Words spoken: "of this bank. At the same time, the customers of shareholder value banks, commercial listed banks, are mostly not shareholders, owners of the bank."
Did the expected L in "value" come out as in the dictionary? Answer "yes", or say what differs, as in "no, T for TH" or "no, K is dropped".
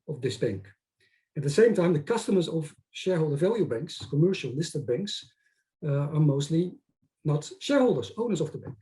yes